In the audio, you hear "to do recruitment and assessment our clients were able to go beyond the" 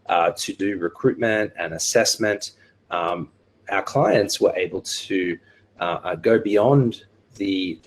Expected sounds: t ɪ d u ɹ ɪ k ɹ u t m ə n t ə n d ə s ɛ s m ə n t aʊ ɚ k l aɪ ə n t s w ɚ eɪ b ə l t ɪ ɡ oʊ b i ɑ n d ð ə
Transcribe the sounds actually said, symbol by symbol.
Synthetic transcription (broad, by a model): t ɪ d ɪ ɹ ɪ k ɹ u t m ə n t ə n ə s ɛ s m ə n t aʊ ɚ k l aɪ ə n t s w ɚ eɪ b ə l t ɪ ɡ oʊ b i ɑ n ð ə